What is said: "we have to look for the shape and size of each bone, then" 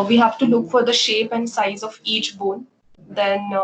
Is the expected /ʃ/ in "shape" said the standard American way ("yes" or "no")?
yes